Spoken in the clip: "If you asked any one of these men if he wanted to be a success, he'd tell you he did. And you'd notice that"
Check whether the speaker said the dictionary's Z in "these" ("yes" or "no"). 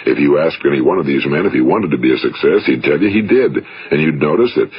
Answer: yes